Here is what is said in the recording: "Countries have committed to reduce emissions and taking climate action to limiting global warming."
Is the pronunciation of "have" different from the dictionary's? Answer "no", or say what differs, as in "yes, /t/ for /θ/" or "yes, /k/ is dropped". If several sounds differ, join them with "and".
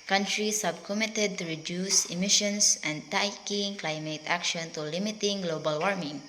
yes, /b/ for /v/